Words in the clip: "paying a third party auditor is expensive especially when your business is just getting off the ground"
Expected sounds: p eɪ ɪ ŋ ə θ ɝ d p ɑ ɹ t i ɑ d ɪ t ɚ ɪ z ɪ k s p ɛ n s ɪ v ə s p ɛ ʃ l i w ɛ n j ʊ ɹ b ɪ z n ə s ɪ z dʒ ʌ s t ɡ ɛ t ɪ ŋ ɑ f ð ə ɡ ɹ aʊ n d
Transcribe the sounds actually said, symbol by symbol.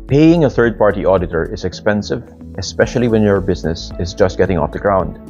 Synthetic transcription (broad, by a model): p eɪ ɪ ŋ ə θ ɝ d p ɑ ɹ t i ɑ d ɪ t ɚ ɪ z ɪ k s p ɛ n s ɪ v ə s p ɛ ʃ l i w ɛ n j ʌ ɹ b ɪ z n ə s ɪ z dʒ ʌ s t ɡ ɛ t ɪ ŋ ɑ f ð ə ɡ ɹ aʊ n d